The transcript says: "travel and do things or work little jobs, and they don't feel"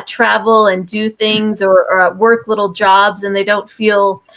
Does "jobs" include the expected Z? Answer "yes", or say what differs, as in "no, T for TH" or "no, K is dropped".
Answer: yes